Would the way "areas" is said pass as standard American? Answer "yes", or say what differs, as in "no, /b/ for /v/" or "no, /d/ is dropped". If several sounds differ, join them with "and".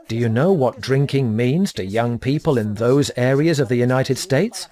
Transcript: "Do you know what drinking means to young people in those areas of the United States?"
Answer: yes